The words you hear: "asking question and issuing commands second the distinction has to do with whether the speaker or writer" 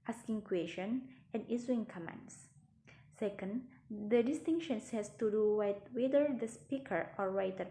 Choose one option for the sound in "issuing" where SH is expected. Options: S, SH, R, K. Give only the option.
S